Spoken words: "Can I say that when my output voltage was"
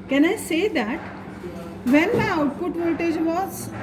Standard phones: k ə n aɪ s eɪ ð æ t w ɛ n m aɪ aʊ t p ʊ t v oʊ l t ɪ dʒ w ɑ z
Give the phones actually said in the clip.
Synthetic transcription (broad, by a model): k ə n aɪ s eɪ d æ t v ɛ n m aɪ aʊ t p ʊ t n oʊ t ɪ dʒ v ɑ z